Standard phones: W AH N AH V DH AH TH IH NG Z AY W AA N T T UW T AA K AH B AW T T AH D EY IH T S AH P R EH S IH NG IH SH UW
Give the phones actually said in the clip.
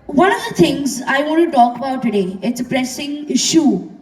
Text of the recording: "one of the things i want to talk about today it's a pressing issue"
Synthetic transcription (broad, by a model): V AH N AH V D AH T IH NG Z AY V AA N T T UW T AA K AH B AW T T AH D EY IH T S AH P R EH S IH NG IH SH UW